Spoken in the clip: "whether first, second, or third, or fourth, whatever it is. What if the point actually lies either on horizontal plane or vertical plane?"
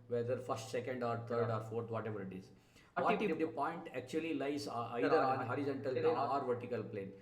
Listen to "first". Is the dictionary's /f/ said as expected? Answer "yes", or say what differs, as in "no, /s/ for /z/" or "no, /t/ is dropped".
yes